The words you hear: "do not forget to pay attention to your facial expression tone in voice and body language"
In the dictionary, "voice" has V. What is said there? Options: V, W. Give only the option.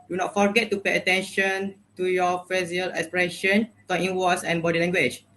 W